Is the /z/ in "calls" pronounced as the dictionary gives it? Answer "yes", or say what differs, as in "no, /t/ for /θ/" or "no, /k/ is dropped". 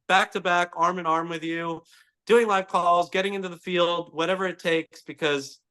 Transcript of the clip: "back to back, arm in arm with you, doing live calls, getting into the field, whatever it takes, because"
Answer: yes